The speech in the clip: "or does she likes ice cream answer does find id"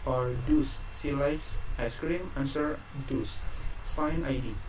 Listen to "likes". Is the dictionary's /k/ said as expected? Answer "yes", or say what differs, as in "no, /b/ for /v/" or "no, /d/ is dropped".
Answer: no, /k/ is dropped